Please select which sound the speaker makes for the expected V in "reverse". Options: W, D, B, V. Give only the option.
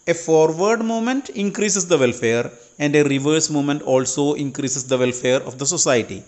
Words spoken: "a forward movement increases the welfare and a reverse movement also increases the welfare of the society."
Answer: V